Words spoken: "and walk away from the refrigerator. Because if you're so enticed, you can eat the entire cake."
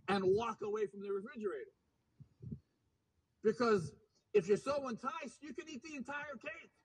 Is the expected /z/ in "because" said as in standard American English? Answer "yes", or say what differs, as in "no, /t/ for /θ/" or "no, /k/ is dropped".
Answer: yes